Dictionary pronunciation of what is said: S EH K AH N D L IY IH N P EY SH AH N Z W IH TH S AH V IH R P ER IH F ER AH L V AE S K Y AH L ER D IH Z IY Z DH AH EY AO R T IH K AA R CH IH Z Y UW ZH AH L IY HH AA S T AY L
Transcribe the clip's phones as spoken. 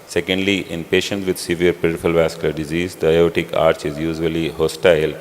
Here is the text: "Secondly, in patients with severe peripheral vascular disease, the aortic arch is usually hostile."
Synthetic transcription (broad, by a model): S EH K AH N D L IY IH N P EY SH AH N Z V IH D S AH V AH R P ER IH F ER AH L V AE S K Y AH L ER D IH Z IY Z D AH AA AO T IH K AA R CH IH Z Y UW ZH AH L IY HH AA S T AY L